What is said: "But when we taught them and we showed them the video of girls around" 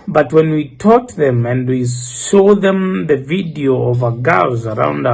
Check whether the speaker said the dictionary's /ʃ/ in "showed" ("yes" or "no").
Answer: no